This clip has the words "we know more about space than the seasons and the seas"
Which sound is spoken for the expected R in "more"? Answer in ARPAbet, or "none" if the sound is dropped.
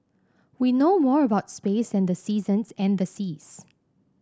R